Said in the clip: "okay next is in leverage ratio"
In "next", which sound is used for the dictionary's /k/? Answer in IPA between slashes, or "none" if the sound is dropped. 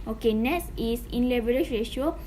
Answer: none